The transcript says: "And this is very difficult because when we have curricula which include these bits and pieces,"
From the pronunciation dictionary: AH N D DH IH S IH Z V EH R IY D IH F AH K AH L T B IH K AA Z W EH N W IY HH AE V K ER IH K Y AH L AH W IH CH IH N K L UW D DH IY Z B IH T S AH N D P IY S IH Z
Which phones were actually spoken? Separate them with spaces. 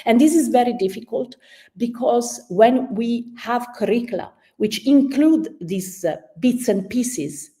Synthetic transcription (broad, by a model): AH N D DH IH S IH Z V EH R IY D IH F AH K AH L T B IH K AA Z W EH N W IY HH AE V K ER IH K L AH W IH CH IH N K L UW D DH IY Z B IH T S AH N D P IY S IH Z